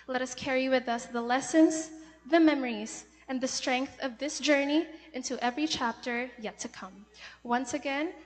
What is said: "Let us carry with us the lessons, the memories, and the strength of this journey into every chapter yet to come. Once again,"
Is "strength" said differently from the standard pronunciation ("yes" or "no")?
no